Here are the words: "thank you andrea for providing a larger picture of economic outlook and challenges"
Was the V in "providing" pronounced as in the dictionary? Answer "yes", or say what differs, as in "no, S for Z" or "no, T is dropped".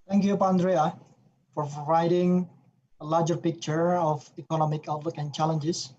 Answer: no, V is dropped